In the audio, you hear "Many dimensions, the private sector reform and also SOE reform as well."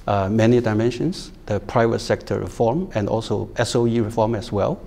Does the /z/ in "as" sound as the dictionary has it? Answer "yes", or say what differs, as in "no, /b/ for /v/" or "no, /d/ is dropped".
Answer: no, /s/ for /z/